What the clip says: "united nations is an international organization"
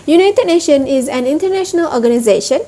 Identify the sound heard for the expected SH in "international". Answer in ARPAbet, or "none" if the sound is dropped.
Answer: SH